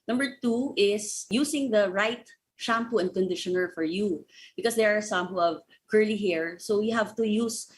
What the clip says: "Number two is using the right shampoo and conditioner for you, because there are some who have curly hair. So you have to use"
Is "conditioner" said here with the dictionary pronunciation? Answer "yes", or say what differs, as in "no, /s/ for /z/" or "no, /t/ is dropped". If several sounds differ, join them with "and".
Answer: yes